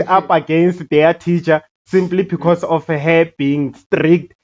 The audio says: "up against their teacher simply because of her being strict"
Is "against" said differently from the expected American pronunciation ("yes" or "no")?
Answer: no